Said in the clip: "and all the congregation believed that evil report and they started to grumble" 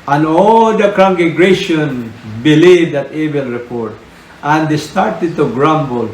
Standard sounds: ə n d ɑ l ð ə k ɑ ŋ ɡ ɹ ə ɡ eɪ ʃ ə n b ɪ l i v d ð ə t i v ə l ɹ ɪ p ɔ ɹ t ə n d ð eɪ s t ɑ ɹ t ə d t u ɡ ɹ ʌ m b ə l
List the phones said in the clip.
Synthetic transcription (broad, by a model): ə n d ɑ l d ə k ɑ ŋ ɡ ə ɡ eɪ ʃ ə n b ɪ l i v d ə t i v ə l ɹ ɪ p ɔ ɹ t ə n d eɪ s t ɑ ɹ t ə d t u ɡ ɹ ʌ m b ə l